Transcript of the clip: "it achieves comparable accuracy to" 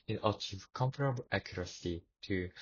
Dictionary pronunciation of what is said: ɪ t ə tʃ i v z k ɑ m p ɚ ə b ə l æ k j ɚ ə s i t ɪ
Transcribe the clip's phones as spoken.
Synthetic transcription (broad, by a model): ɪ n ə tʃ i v k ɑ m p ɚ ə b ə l æ k j ɚ ə s i t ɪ